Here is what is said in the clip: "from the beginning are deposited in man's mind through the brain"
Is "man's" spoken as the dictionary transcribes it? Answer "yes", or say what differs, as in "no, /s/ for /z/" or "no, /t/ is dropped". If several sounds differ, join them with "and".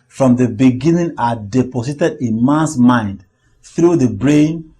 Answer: no, /s/ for /z/